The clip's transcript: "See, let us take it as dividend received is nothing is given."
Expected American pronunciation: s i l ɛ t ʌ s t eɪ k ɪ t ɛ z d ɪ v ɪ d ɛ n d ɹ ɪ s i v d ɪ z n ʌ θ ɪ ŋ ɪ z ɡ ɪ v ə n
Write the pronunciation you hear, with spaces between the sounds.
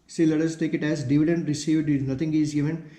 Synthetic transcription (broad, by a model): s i l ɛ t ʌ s t eɪ k ɪ t ɛ z d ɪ v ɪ d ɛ n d ɹ ɪ s i v d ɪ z n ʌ t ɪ ŋ ɪ z ɡ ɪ v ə n